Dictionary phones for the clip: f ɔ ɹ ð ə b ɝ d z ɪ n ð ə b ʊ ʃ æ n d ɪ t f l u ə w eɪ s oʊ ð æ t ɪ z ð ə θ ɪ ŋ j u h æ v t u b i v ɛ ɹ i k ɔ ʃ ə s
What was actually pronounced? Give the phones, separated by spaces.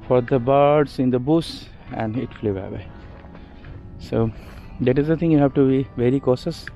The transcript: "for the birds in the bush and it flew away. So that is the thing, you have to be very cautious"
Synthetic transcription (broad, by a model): f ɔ ɹ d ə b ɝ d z ɪ n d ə b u s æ n d ɪ t f l u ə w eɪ s oʊ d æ t ɪ z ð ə t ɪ ŋ j u h æ v t u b i v ɛ ɹ i k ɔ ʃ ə s